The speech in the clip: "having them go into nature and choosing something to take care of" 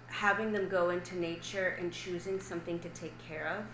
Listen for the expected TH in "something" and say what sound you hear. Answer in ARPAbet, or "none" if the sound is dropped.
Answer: TH